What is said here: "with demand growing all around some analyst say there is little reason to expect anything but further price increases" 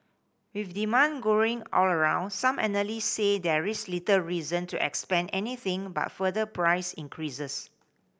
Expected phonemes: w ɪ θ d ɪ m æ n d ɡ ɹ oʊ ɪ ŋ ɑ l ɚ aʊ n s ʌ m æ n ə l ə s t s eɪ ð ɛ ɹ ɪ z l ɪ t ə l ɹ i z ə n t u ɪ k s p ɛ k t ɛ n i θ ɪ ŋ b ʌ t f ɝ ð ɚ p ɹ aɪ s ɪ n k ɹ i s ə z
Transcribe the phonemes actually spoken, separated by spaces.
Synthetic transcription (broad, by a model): w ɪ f d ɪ m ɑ n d ɡ oʊ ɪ ŋ ɑ l ɚ aʊ n s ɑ m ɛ n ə l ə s s eɪ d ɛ ɹ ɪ s l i t ə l ɹ i z ə n t u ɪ k s p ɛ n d ɛ n i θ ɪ ŋ b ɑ t f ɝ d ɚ p ɹ aɪ s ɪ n k ɹ i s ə s